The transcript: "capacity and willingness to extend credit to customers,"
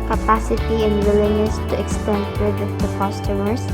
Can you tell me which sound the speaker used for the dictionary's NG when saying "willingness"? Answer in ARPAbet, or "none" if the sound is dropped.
none